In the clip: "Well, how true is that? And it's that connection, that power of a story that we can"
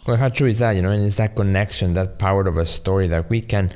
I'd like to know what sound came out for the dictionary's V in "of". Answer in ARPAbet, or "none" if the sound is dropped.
V